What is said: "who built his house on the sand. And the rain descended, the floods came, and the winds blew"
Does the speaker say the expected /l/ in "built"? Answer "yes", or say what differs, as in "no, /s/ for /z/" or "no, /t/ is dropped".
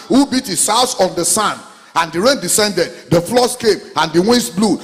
no, /l/ is dropped